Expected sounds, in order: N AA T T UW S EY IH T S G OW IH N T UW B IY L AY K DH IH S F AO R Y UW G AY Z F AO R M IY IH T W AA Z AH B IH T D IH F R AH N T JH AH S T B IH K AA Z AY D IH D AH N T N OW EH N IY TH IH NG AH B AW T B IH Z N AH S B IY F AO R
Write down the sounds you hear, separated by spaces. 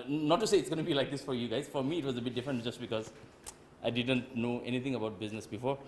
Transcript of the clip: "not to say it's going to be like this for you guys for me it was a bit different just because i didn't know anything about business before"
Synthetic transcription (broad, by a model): N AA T T UW S EY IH T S G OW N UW B IY L AY K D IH S F AO R Y UW G AY Z F AO R M IY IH T W AA Z AH B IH T D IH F R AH N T JH AH S T B IH K AA Z AY D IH D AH N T N OW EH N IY T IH NG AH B AW T B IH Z N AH S B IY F AO R